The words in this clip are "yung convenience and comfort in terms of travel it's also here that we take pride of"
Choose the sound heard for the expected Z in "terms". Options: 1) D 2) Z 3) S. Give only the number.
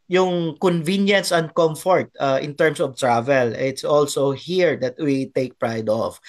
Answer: 3